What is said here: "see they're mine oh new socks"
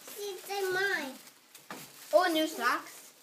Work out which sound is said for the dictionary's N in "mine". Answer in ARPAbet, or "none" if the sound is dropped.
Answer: none